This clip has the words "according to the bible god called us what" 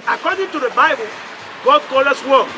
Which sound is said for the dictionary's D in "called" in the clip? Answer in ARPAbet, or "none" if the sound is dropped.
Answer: none